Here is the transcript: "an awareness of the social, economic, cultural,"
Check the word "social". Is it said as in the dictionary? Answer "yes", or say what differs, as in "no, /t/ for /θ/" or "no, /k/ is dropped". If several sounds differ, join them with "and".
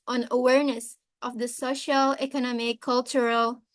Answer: yes